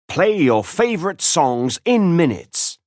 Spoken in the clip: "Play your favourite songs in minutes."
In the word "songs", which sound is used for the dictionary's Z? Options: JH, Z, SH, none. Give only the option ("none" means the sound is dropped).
Z